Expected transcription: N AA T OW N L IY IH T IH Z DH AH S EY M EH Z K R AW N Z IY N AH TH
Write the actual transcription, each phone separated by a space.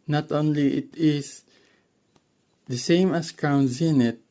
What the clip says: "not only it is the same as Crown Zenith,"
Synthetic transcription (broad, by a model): N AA T OW N L IY IH T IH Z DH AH S EY M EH S K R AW N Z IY N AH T